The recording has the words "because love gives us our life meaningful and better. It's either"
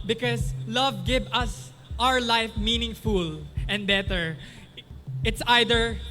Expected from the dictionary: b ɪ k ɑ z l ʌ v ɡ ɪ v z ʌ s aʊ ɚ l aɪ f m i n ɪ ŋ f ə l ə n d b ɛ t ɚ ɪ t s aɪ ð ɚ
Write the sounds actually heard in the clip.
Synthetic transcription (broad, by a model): b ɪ k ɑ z l ʌ v ɡ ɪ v ʌ s aʊ ɚ l aɪ f m i n ɪ ŋ f ə l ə n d b ɛ t ɚ ɪ t s aɪ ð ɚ